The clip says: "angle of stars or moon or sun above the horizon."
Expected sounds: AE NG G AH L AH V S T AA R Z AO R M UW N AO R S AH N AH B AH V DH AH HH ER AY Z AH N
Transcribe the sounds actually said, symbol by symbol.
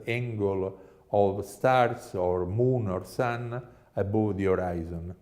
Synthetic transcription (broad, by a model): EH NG G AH L AH V S T AA R S AO R M UW N AO R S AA N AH B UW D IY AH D AY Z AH N